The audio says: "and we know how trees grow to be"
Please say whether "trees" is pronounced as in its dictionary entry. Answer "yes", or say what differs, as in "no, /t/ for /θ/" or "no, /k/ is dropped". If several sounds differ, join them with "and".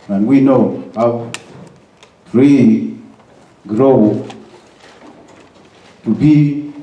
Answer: no, /z/ is dropped